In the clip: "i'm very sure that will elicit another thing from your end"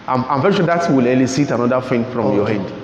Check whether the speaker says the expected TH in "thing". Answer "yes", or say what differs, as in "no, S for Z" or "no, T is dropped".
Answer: no, F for TH